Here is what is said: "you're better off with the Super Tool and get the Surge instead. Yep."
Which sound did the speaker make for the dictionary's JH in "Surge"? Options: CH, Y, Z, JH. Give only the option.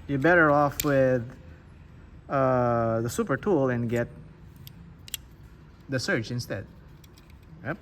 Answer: CH